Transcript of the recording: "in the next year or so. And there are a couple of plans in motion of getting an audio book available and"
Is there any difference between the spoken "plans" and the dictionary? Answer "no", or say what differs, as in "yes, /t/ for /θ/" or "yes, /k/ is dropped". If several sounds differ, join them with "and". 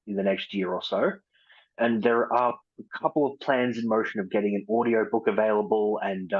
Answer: no